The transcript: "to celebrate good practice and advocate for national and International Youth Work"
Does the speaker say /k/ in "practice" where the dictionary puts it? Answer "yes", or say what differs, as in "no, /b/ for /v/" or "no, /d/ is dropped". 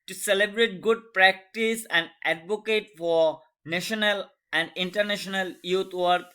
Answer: yes